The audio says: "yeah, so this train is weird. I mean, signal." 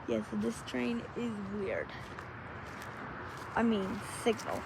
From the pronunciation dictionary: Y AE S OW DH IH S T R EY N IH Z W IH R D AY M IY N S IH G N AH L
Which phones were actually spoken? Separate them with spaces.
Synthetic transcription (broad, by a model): Y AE S OW DH IH S T R EY N IH Z W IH R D AY M IY N S IH G N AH L